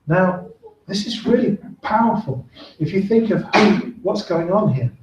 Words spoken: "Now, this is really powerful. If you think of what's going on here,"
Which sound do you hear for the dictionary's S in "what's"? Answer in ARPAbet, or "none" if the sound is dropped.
S